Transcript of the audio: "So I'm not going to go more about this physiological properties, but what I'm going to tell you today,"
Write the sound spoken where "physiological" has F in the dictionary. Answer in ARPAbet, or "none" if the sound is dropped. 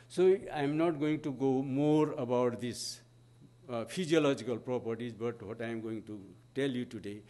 P